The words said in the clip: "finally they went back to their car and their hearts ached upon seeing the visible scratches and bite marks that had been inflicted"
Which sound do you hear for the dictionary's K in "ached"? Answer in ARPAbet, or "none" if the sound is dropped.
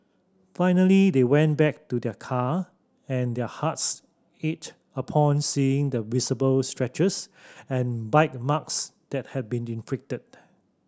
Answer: none